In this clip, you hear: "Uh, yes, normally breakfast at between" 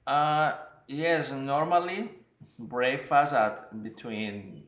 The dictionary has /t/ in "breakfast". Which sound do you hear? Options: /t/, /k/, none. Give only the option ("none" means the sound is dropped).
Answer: none